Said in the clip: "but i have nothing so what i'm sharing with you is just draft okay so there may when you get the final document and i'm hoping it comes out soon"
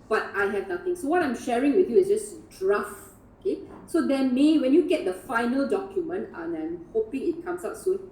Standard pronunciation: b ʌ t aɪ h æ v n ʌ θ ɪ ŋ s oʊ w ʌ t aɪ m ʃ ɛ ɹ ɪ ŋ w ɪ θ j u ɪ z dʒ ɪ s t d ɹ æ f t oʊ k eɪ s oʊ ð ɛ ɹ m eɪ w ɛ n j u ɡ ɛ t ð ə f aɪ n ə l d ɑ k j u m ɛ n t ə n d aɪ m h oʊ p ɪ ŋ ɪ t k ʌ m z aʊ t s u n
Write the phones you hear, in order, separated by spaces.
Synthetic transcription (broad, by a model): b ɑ t aɪ h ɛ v n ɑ t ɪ ŋ s oʊ w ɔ t aɪ m ʃ ɛ ɹ ɪ ŋ w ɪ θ j u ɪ s dʒ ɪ s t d ɹ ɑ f oʊ k eɪ s oʊ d ɛ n m eɪ w ɛ n j u ɡ ɛ t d ə f aɪ n ə l d ɑ k j u m ɛ n t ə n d aɪ m h oʊ p ɪ ŋ ɪ t k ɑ m s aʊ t s u n